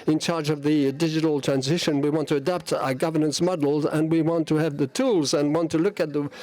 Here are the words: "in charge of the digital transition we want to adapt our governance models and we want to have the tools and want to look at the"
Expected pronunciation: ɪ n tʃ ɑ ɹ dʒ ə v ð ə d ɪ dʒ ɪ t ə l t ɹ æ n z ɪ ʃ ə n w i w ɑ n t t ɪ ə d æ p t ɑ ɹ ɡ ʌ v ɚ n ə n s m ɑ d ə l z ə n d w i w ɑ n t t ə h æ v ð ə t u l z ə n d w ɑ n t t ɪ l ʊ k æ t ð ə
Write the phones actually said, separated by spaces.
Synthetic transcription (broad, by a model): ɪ n tʃ ɑ ɹ dʒ ə v ð ə d ɪ dʒ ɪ t l t ɹ æ n z ɪ ʃ ə n w i w ɑ n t t ɪ ə d æ p t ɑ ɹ ɡ ʌ v ɚ n ə n s m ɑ d l z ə n w i w ɑ n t t ə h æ v ð ə t u l z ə n w ɑ n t t ɪ l ʊ k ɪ t ð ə